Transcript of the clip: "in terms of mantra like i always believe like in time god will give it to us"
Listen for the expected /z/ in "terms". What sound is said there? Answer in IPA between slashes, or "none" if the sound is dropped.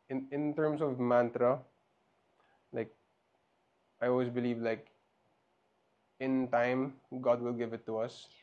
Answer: /s/